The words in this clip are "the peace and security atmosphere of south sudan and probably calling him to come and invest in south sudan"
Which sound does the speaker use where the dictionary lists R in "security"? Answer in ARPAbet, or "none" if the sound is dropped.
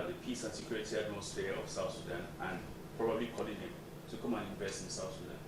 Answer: L